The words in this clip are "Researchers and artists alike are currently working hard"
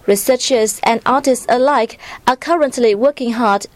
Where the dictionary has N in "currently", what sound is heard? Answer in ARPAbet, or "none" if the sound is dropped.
N